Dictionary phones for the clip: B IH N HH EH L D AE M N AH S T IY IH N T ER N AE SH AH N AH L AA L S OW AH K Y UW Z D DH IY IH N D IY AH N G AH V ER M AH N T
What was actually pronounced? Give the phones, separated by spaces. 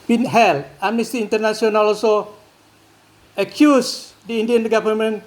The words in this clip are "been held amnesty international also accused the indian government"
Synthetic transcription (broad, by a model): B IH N HH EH L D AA M N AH S T IY N T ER N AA S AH N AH L AA L S OW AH K Y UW S D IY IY N D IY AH N G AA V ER M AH N